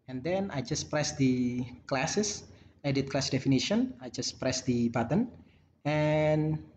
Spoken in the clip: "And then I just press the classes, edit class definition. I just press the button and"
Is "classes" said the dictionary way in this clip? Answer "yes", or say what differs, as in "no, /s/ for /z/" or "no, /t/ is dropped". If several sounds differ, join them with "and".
no, /s/ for /z/